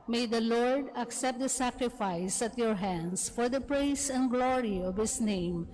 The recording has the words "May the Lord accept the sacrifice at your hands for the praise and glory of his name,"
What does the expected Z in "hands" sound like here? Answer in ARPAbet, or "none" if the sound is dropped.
S